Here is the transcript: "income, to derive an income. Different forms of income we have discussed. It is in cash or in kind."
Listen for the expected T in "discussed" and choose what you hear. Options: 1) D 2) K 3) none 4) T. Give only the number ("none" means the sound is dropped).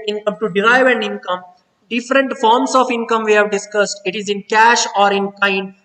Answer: 4